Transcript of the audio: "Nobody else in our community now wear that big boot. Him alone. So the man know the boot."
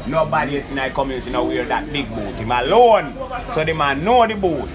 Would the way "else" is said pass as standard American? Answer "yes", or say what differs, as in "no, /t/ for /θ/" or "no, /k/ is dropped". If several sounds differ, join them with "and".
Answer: no, /l/ is dropped